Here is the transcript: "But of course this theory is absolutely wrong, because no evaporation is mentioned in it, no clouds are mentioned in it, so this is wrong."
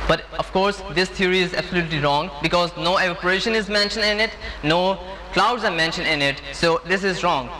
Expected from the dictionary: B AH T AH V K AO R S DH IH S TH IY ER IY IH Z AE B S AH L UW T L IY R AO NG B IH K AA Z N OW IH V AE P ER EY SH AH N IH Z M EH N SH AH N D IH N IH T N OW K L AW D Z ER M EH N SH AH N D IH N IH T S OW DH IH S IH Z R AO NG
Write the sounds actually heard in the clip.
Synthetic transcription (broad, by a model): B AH T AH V K AO R S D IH S T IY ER IY IH Z AE B S AH L UW T L IY R AO NG B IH K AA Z N OW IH AO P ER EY SH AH N IH Z M EH N SH AH N D IH N IH T N OW K L AW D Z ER M EH N SH AH N D IH N IH T S OW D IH S IH Z R AO NG